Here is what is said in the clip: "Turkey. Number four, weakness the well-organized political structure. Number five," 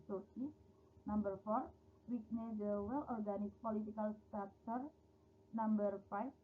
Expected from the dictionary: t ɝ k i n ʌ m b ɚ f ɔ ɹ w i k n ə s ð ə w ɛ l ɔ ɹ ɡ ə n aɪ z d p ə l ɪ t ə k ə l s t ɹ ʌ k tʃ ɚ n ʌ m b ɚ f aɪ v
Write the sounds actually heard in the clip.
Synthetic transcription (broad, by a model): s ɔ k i n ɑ m b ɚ f ɔ ɹ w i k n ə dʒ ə w ɛ l ɔ ɹ ɡ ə n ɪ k p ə l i t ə k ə l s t ɑ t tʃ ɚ n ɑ m b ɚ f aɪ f